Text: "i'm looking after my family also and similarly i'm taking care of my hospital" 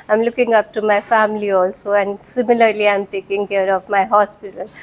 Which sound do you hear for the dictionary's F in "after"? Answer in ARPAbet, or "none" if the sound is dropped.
P